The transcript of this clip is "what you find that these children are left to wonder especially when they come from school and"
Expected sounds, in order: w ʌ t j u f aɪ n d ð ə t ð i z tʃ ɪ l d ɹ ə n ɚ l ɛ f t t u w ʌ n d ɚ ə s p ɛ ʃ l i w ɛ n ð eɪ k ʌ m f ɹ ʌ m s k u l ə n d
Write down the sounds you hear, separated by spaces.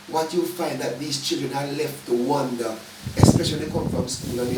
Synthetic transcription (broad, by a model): w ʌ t j u f aɪ n d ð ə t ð i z tʃ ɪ l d ɹ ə n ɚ l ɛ f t t u w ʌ n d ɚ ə s p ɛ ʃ i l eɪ k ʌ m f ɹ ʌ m s k u l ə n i